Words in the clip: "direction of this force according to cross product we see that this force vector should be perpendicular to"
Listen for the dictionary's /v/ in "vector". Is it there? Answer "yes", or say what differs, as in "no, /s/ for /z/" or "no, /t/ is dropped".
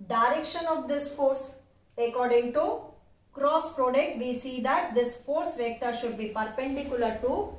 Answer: yes